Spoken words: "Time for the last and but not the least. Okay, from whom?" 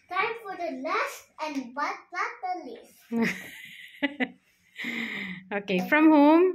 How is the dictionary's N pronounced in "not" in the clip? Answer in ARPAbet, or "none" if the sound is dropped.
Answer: L